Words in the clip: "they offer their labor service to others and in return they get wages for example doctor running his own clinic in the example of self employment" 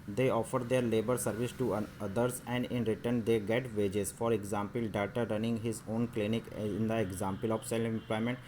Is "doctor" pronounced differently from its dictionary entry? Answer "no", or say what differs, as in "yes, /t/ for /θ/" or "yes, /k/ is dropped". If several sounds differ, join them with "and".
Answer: yes, /k/ is dropped